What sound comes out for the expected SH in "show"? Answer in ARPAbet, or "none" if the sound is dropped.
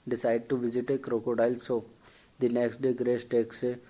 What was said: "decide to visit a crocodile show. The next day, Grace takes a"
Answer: S